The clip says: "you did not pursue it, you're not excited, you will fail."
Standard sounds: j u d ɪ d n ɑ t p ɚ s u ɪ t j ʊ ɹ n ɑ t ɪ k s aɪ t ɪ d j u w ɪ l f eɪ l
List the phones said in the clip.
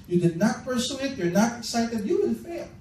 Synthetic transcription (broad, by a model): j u d ɪ d n ɑ t p ɚ s u ɪ t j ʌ ɹ n ɑ t ɪ k s aɪ t ɪ d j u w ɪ n f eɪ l